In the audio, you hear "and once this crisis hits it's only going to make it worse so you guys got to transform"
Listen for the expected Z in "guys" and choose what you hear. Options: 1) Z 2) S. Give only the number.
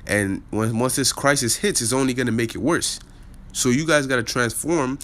1